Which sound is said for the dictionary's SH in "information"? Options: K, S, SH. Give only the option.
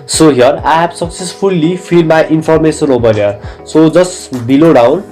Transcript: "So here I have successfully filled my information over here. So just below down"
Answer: S